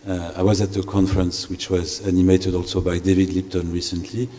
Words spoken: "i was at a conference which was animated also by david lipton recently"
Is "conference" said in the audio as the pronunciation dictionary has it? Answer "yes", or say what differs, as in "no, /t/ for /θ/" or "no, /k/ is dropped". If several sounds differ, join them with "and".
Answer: yes